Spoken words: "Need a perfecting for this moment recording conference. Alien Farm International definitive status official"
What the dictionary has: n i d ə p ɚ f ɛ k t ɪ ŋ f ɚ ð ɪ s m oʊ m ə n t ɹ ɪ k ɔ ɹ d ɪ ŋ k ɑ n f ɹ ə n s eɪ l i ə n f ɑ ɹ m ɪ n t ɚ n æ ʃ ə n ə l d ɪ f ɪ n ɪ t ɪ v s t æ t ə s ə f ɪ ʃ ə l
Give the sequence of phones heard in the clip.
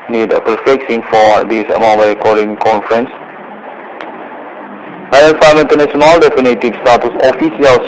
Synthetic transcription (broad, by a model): n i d ə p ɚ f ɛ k s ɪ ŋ f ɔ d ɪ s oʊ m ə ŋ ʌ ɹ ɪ k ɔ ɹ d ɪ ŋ k ɑ n f ɹ ə n s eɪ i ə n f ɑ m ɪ n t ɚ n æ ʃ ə n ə l d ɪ f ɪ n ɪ t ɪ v s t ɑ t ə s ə f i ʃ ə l